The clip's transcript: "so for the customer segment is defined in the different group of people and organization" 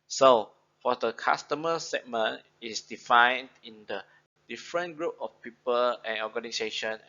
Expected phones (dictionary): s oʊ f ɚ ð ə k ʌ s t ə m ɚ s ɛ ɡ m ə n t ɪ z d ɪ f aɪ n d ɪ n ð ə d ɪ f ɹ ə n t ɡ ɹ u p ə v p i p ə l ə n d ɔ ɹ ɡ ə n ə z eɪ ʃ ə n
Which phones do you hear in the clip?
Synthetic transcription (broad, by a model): s oʊ f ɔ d ə k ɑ s t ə m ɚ s ɛ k m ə n ɪ s d ɪ f aɪ n d ɪ n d ə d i f ɹ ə n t ɡ ɹ u p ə f p i p ə l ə n ɔ ɡ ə n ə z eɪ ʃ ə n